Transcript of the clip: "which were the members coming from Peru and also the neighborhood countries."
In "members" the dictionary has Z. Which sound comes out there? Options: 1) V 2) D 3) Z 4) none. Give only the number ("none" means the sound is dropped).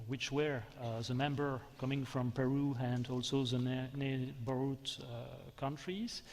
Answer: 4